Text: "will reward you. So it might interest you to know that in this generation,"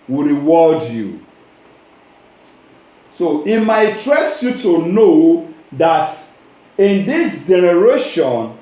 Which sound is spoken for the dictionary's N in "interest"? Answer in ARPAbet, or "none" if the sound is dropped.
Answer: none